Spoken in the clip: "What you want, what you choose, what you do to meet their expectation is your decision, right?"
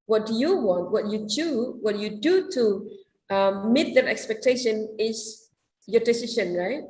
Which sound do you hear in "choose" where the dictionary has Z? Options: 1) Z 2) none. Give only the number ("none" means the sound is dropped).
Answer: 2